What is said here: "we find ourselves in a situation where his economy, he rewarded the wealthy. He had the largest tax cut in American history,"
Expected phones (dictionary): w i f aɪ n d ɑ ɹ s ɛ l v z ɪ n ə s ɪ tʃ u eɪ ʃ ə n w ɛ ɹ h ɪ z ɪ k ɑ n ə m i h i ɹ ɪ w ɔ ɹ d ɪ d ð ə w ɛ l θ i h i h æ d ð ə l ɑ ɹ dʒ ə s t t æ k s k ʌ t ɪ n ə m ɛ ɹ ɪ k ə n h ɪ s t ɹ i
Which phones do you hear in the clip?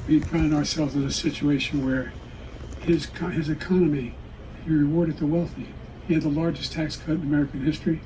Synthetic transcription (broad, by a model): w i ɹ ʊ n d ɑ ɹ s ɛ l v z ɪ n ə s ɪ tʃ u eɪ ʃ ə n w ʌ ɹ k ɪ z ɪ k ɑ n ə m i h i ɹ ɪ w ɔ ɹ d ɪ d ð ə w ɛ l θ i h i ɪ d ð ə l ɑ ɹ dʒ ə s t t æ k s k ʌ t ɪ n ə m ɛ ɹ ɪ k ə n h ɪ s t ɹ i